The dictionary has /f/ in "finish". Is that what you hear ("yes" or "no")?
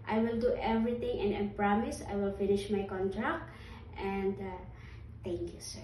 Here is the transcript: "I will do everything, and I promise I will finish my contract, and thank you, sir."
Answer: yes